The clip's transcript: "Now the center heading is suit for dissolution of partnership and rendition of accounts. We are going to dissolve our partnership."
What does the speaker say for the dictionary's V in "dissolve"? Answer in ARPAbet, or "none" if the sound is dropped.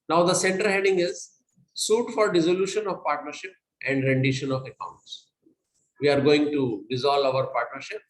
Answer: none